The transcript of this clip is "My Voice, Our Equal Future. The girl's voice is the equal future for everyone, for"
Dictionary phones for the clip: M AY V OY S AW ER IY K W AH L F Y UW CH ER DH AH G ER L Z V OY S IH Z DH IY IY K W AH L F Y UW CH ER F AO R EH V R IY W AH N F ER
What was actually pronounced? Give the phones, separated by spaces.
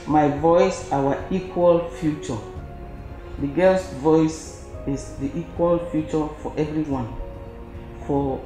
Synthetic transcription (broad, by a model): M AY V OY S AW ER IY K W AH L F Y UW CH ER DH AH G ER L S V OY S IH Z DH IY IY K W AH L F Y UW CH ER F AO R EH V R IY W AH N F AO